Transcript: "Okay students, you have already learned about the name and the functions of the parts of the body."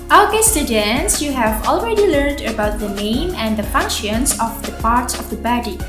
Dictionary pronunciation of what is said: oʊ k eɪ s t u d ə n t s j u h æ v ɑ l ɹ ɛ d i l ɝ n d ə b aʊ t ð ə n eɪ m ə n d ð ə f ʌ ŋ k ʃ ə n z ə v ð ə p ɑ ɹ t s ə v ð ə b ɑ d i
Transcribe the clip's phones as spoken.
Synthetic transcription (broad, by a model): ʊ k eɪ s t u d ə n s j u h æ v ɑ l ɹ ɛ d i l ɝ n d ə b aʊ t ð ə n eɪ m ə n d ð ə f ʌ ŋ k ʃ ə n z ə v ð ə p ɑ ɹ t s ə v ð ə b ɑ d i